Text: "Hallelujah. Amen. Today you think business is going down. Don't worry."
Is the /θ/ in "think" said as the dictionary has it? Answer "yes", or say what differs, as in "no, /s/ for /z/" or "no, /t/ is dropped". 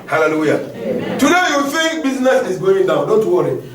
no, /f/ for /θ/